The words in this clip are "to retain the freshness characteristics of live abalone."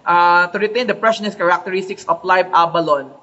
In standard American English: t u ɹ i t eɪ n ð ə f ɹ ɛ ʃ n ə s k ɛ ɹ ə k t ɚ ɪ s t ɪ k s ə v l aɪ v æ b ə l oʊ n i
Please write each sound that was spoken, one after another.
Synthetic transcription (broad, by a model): t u ɹ i t eɪ n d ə p ɹ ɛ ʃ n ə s k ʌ ɹ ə k t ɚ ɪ s t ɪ k s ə f l aɪ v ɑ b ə l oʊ n